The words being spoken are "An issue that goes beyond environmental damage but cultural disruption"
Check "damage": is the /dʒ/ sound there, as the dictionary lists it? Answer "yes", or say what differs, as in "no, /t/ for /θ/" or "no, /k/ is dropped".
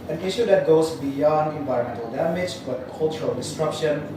yes